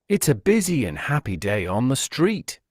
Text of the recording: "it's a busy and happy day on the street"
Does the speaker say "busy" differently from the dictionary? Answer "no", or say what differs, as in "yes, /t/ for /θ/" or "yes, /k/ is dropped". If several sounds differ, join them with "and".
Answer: no